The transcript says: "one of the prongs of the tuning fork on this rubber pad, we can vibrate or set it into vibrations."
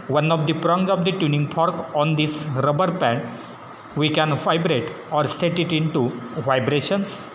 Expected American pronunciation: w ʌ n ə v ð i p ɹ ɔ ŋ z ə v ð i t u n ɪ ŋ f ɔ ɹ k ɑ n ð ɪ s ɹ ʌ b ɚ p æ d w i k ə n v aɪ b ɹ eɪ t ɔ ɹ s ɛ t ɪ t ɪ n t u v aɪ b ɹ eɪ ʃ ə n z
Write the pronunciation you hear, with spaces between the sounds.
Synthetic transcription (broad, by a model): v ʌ n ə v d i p ɹ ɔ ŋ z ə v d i t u n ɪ ŋ p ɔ ɹ k ɑ n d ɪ s ɹ ʌ b ɚ p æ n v i k ə n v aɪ b ɹ eɪ t ɔ ɹ s ɛ t ɪ t ɪ n t u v aɪ b ɹ eɪ ʃ ə n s